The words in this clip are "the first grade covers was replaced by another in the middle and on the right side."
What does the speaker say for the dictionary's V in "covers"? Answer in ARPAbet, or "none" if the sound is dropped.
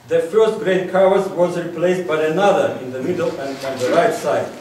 W